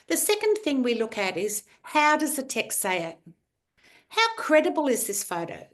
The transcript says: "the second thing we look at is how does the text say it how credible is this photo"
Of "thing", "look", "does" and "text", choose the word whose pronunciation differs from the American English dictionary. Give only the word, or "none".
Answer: none